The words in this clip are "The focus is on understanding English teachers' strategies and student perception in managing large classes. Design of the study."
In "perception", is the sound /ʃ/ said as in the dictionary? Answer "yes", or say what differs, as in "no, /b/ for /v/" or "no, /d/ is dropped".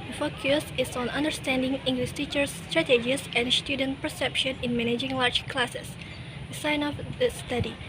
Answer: yes